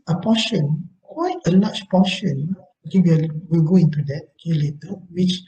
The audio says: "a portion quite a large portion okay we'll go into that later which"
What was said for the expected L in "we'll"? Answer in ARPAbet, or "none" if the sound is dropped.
L